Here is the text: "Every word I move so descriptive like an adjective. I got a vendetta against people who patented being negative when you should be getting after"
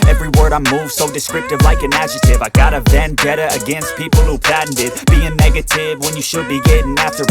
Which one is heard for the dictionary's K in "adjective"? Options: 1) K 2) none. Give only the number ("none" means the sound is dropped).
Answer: 2